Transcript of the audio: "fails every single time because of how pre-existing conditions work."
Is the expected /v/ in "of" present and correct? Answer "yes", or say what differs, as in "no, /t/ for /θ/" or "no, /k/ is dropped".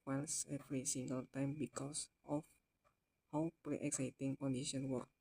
no, /f/ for /v/